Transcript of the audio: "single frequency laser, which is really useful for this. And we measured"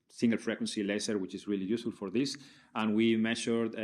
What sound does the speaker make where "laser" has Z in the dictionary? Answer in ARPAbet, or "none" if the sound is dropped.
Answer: S